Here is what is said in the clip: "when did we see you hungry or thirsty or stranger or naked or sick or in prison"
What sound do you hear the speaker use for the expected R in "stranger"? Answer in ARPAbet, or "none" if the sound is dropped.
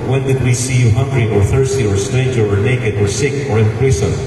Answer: none